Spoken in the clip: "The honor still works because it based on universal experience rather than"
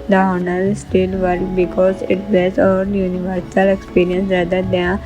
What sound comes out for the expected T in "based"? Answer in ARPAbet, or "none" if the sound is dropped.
none